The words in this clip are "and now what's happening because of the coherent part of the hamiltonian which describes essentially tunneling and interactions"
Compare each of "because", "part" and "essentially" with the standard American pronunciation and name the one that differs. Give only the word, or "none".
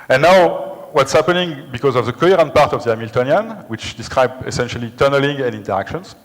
none